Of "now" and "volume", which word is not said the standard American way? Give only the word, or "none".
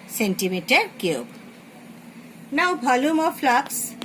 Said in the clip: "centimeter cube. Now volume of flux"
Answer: volume